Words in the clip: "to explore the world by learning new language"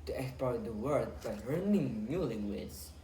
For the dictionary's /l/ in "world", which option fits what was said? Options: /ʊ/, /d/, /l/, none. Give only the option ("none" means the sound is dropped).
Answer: none